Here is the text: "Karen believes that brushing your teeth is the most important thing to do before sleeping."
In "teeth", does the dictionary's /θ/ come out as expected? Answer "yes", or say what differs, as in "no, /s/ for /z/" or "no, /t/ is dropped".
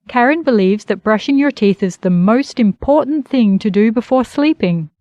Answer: yes